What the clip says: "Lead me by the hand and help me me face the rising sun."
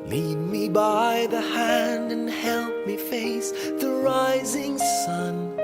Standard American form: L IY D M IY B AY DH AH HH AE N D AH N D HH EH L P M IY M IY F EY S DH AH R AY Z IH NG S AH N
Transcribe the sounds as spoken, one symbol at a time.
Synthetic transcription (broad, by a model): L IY D M IY B AY DH AH HH AE N D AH N HH EH L P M M IY F EY S DH AH R AY Z IH NG S AH N